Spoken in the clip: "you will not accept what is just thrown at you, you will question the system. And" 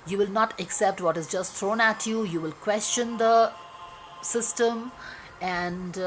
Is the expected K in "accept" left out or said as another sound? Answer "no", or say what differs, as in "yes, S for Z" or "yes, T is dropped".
no